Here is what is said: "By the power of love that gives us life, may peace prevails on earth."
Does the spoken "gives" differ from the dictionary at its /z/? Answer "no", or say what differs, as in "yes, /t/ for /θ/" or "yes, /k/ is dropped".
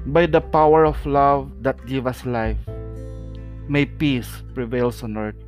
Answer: yes, /z/ is dropped